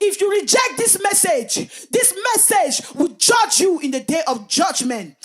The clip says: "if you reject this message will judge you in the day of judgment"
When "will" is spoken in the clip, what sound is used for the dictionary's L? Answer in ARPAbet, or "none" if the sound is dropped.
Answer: W